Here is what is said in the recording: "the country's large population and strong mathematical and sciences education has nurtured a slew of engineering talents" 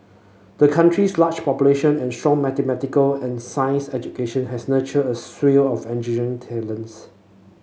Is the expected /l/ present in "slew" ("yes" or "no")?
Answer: no